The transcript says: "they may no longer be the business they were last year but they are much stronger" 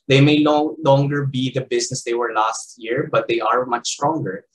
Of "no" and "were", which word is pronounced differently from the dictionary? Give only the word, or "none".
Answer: no